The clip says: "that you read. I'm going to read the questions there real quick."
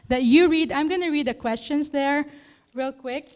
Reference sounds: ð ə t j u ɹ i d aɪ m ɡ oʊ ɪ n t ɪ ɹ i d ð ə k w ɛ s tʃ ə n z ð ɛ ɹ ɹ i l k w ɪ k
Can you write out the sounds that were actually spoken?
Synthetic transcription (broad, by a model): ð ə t j u ɹ i d aɪ m ɡ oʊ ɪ n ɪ ɹ i d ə k w ɛ s tʃ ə n s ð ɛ ɹ ɹ i l k w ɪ k